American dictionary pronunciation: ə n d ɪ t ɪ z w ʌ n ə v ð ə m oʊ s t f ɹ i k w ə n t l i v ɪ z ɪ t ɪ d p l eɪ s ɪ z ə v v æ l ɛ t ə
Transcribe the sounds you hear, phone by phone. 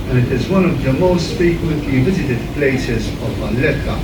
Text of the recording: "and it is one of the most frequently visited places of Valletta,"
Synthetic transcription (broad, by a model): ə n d ɪ t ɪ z w ʌ n ə v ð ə m oʊ s t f i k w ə t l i v ɪ z ɪ t ɪ d p l eɪ s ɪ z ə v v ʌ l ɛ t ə